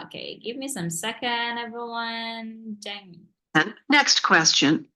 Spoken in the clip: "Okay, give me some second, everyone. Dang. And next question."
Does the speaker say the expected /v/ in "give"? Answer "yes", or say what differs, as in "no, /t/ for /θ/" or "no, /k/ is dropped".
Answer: yes